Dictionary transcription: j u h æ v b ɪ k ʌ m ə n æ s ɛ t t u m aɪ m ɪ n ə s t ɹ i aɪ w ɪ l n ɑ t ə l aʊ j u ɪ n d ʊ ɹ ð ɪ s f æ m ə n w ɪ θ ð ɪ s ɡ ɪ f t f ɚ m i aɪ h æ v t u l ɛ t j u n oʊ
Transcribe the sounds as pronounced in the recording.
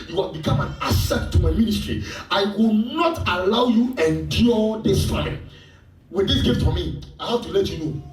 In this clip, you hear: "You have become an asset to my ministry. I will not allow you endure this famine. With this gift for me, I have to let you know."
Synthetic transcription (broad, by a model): j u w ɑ b ɪ k ʌ m ə n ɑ s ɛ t t u m aɪ m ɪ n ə s t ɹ i aɪ w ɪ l n ɑ t ə l aʊ j u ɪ n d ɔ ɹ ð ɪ s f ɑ ə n w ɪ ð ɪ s ɡ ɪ f t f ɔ m i aɪ h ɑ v t u l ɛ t j u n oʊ